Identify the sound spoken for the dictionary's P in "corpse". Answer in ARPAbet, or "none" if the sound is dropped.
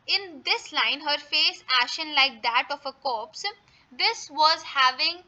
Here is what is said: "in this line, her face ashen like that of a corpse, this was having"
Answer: P